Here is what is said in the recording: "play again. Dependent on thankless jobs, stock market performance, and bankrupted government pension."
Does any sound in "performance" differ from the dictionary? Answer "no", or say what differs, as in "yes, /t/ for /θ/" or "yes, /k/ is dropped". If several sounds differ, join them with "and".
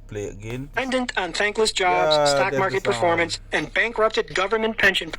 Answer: no